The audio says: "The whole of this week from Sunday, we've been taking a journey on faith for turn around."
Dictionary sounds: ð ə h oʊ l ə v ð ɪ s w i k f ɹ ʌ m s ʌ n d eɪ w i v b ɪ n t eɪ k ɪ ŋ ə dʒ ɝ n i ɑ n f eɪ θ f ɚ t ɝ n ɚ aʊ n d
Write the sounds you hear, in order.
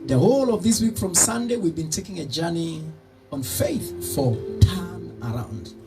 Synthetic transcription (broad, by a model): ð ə h oʊ l ə v ð ɪ s w i k f ɹ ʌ m s ʌ n d eɪ w i v b ɪ n t eɪ k ɪ ŋ ə dʒ ɝ n i ɑ n f eɪ θ f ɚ t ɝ n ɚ aʊ n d